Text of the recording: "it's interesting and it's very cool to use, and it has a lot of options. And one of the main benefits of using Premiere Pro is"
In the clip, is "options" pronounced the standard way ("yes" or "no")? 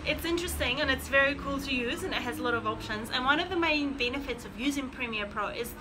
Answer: yes